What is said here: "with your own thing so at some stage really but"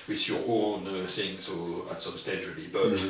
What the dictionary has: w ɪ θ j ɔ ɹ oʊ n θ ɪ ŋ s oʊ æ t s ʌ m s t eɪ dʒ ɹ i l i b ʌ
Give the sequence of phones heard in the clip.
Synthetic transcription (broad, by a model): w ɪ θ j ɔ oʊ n s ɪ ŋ s oʊ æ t s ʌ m s t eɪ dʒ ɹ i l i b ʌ